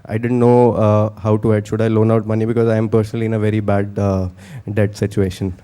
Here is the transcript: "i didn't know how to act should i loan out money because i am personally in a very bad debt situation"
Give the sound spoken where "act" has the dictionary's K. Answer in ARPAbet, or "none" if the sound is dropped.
none